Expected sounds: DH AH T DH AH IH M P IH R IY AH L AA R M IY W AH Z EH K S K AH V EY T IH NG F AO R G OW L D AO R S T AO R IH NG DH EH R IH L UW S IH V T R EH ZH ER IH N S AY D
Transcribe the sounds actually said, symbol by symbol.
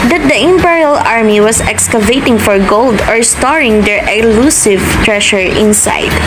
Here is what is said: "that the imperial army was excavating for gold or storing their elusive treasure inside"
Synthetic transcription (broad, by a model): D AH T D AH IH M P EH R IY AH L AA R M IY W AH S EH K S K AH V EY T IH NG F AO R G OW L D AO R S T AO R IH NG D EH R IH L UW S IH V T R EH SH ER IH N S AY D